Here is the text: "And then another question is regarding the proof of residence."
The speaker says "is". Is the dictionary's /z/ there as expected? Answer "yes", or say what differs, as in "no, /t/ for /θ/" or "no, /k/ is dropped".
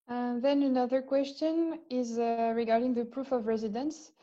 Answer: yes